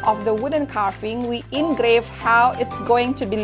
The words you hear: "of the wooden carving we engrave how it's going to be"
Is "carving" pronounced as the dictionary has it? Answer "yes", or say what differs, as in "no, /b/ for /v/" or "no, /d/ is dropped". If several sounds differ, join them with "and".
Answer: no, /f/ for /v/